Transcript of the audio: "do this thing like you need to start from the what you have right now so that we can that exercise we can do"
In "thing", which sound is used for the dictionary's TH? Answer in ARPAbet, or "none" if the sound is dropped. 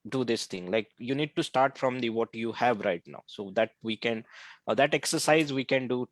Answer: T